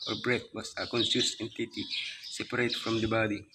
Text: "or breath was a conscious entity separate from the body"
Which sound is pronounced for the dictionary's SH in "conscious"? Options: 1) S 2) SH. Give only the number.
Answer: 1